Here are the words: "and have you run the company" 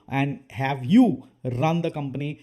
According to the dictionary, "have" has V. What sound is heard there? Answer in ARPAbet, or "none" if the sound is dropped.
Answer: V